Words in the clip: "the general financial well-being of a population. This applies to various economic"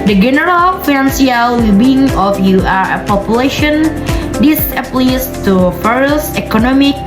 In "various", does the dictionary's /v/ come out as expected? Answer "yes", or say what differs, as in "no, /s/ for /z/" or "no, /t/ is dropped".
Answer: no, /f/ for /v/